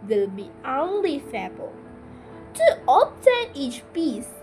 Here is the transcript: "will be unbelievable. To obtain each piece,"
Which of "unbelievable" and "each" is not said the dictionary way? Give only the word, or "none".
unbelievable